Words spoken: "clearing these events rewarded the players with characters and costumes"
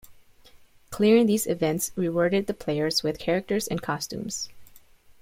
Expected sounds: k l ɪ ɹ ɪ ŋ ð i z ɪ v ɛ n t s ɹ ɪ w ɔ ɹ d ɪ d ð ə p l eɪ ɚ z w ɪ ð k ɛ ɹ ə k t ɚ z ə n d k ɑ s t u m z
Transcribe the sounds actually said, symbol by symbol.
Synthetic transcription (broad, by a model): k l ɪ ɹ ɪ ŋ ð i z ɪ v ɛ n t s ɹ ɪ w ɔ ɹ d ɪ d ð ə p l eɪ ɚ z w ɪ ð k ɛ ɹ ə k t ɚ z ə n k ɑ s t u m z